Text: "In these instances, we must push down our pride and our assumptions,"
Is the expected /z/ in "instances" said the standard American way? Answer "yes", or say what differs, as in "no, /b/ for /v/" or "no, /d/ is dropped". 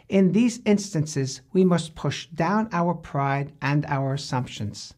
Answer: yes